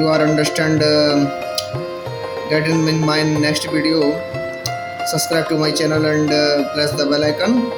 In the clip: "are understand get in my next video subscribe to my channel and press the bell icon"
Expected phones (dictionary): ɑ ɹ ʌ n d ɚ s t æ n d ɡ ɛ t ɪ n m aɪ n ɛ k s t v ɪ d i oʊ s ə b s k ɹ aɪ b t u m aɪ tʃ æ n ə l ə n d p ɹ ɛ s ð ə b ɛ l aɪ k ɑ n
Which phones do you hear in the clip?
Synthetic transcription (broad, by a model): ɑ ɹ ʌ n d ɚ s t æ n d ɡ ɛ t ɪ n m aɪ n ɛ k s t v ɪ d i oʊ s ə b s k ɹ aɪ b t u m aɪ tʃ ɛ n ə l ə n d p l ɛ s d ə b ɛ l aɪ k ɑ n